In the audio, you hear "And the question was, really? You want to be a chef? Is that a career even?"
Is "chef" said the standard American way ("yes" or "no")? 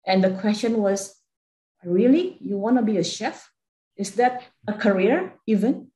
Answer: yes